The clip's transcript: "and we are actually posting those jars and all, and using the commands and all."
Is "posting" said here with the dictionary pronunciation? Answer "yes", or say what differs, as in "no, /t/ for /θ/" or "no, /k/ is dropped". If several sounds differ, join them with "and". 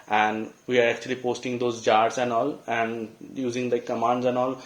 yes